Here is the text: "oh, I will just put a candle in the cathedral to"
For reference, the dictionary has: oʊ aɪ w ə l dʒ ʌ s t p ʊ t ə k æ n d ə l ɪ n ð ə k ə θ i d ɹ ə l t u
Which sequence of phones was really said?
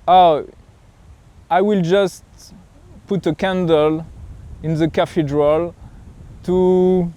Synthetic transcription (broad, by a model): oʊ aɪ w ə l dʒ ʌ s t p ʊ t ə k æ n d ə l ɪ n ð ə k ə f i d ɹ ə l t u